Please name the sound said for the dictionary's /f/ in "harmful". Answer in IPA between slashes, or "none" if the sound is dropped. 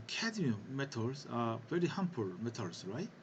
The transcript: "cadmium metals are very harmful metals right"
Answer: /p/